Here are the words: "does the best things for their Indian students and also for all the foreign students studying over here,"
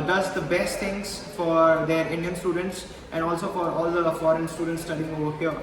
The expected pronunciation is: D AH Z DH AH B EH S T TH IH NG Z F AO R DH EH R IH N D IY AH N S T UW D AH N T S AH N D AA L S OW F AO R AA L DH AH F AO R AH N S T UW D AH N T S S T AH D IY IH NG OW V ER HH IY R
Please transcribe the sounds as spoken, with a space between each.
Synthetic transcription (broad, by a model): D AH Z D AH B EH S T T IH NG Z F AO R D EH R IH N D IY AH N S T UW D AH N T S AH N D AA L S OW F AO R AA L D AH F AO R AH N S T UW D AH N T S S T AH D IY IH NG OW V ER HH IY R